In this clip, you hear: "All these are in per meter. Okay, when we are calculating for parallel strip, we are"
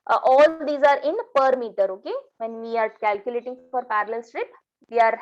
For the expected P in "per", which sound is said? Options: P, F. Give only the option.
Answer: P